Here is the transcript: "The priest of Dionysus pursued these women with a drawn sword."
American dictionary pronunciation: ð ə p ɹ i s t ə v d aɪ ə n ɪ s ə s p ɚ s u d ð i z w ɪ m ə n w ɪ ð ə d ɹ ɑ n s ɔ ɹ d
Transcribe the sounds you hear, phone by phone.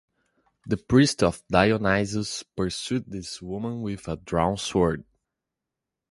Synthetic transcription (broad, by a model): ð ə p ɹ i s t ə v d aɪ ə n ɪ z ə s p ɚ s u d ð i s w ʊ m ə n w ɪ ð ə d ɹ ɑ n s ɔ ɹ d